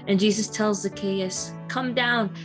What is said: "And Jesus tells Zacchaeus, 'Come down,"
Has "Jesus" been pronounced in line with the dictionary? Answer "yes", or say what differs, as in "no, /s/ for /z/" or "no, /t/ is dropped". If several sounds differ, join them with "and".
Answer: yes